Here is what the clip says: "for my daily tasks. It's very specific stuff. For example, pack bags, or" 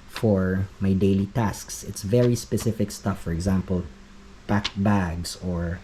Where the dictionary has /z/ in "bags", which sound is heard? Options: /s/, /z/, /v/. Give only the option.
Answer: /s/